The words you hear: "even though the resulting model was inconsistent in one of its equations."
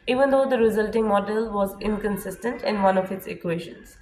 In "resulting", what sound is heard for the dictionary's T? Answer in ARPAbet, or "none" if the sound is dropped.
T